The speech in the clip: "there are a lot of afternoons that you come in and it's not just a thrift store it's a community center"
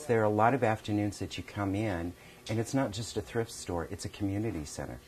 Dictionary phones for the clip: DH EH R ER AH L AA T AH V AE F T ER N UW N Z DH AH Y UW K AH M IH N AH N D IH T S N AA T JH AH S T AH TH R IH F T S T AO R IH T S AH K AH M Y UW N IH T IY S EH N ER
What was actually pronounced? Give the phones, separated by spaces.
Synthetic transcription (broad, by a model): DH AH R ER AH L AA T AH V AE F T ER N UW N Z DH AH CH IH K AH M IH N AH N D IH T S N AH T JH AH S T AH TH R IH F T S T AO R IH T S AH K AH M Y UW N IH T IY S EH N ER